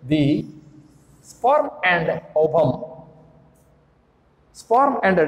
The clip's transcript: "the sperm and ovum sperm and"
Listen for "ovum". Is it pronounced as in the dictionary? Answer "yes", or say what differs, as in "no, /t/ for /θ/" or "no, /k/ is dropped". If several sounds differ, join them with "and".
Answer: no, /b/ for /v/